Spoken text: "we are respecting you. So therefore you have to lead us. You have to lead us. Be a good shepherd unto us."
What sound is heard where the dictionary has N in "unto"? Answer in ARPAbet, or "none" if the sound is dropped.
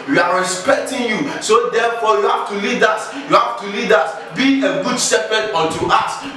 none